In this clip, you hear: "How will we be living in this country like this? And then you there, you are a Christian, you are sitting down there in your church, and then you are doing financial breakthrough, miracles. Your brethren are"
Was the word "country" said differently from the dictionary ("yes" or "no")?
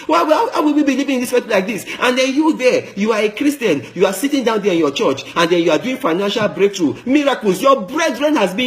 yes